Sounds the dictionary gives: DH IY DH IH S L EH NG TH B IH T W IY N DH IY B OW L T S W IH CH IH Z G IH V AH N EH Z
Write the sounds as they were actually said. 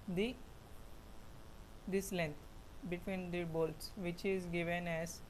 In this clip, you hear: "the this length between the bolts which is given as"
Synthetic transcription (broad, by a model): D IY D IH S L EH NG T B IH T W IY N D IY B OW L T S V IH CH IH Z G IH V AH N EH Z